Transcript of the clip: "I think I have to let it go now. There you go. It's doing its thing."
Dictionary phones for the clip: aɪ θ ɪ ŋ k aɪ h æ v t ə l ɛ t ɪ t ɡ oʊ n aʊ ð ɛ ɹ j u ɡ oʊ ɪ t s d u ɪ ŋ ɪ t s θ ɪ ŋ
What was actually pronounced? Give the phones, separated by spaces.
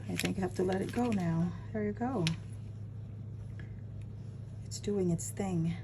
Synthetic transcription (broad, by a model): aɪ θ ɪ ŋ k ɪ h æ f t ə l ɛ t ɪ t ɡ oʊ n aʊ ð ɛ ɹ j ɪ ɡ oʊ ɪ t s d u ɪ ŋ ɪ t s θ ɪ ŋ